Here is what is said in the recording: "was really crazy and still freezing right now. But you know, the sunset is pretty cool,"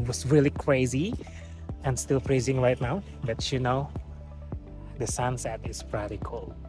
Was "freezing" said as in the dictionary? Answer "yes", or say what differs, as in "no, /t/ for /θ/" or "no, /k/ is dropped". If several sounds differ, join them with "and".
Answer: no, /p/ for /f/